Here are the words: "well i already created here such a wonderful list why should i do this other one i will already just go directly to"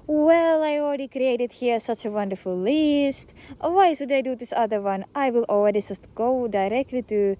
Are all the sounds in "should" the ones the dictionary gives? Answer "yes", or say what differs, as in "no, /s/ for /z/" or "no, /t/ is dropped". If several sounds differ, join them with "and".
no, /s/ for /ʃ/